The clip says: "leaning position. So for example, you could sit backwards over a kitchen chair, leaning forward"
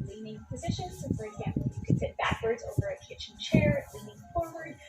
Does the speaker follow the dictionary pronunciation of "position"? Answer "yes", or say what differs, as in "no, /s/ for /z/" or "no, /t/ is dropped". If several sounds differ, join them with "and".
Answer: yes